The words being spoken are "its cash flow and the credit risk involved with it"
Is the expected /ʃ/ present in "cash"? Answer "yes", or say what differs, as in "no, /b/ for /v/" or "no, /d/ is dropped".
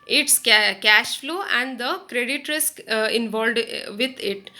yes